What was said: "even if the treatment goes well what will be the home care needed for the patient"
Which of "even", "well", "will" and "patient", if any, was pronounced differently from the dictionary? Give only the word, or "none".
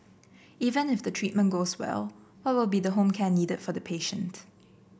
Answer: none